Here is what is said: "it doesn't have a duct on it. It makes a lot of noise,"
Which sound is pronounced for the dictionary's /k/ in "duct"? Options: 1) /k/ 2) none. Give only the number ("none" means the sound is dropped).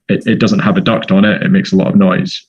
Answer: 1